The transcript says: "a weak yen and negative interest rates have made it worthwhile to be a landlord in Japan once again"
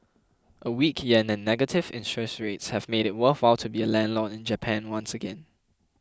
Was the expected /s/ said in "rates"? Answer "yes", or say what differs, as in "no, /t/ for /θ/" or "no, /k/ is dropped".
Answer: yes